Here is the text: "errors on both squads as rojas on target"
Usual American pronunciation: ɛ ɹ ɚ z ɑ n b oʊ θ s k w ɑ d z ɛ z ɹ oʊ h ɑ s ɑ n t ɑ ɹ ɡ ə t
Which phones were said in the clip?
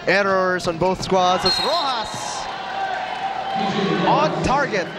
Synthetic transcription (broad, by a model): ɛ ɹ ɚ z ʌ n b oʊ θ s k w ɑ d z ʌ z ɹ oʊ h ɑ s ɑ n t ɑ ɹ ɡ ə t